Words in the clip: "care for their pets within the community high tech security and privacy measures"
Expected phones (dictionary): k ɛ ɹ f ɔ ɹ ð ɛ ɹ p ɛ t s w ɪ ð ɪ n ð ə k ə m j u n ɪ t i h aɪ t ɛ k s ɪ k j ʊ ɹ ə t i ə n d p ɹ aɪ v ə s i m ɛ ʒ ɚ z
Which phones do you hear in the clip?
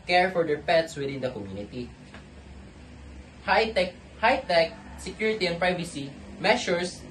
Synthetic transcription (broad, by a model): k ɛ ɹ f ɔ ɹ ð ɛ ɹ p ɛ t s w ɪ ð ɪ n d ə k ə m j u n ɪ t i h aɪ t ɛ k s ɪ k j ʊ ɹ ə t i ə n p ɹ aɪ v ə s i m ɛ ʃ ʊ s